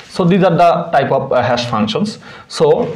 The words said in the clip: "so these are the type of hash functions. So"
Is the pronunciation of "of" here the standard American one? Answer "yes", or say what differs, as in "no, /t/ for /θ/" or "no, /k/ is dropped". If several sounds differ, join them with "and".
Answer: no, /p/ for /v/